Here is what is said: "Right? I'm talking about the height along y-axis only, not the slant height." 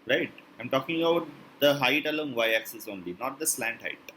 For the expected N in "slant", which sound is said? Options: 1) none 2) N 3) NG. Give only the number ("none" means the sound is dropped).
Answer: 2